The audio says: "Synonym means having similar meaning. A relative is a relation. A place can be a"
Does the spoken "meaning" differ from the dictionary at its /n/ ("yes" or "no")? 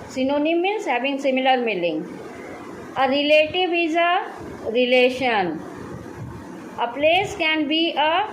yes